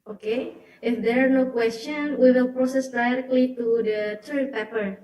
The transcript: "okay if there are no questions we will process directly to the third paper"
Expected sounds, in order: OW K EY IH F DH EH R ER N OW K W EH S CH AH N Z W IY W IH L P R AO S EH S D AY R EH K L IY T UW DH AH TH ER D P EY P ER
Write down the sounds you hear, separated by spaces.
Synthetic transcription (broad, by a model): OW K EY IH F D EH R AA N OW K W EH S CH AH N W IY W IH L P R AO S EH S D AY R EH K L IY T UW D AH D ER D P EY P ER